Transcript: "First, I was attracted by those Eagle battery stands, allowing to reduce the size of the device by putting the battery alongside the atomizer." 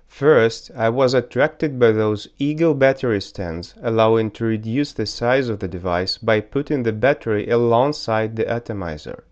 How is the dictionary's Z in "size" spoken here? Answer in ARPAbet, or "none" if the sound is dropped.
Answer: Z